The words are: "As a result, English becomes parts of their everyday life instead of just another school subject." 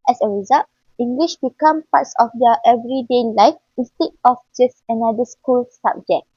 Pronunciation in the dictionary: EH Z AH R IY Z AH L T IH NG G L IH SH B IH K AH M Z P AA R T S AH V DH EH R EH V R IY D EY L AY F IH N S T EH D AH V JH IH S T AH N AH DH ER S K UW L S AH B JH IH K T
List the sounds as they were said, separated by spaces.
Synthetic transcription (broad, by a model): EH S AH R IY Z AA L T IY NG G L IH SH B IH K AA M P AA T S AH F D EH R EH V R IY D EY L AY F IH N S T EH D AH F JH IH S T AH N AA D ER S K UW L S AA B JH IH K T